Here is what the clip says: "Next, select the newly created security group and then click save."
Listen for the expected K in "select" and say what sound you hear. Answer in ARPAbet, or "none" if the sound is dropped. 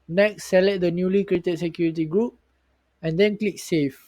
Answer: none